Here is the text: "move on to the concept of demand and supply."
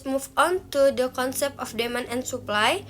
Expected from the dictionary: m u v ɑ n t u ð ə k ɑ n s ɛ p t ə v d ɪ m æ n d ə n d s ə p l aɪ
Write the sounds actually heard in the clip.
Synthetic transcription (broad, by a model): m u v ɑ n t u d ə k ɑ n s ɛ p t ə f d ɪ m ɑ n ə n s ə p l aɪ